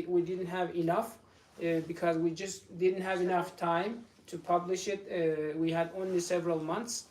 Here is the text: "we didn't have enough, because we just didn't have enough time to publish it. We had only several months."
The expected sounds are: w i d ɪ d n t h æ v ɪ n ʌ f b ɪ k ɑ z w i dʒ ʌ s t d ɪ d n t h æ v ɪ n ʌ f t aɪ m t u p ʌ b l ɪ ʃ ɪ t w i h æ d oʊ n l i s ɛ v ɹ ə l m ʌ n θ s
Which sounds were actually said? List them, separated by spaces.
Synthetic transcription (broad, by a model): w i d ɪ d n t h æ v ɪ n ʌ f b ɪ k ɑ z w i dʒ ʌ s t d ɪ d n t h æ v ɪ n ʌ f t aɪ m t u p ʌ b l ɪ ʃ ɪ t w i h æ d oʊ n l i s ɛ v ɹ ə l m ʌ n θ s